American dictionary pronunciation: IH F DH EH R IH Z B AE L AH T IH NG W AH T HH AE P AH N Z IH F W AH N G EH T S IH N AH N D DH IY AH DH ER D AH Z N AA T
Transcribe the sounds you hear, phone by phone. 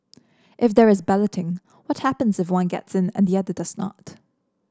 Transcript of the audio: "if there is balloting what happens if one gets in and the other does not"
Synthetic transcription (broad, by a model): IH F DH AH R IH Z B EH L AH T IH NG W AH T HH AE P AH N Z IH F W AH N G EH T S IH N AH N DH IY AH DH ER D AH Z N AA T